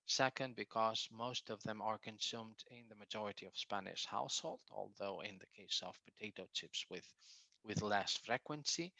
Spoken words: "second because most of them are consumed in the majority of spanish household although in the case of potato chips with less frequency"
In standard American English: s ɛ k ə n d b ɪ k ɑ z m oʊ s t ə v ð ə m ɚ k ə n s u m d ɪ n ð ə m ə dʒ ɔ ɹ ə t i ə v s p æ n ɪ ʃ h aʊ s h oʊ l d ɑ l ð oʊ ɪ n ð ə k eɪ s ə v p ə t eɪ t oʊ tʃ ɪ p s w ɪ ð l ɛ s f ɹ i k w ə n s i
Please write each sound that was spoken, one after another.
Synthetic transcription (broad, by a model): s ɛ k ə n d b ɪ k ɑ z m oʊ s t ə v ð ə m ɚ k ə n s u m d ɪ n ð ə m ə dʒ ɔ ɹ ə t i ə v s p æ n ɪ ʃ h aʊ s h oʊ l d ɑ l ð oʊ ɪ n ð ə k eɪ s ə v p ə t eɪ t oʊ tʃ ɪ p s w ɪ ð l ɛ s f ɹ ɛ k w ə n s i